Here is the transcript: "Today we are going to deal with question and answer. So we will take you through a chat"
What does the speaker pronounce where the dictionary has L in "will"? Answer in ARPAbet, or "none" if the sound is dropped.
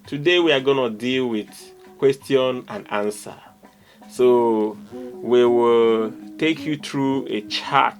L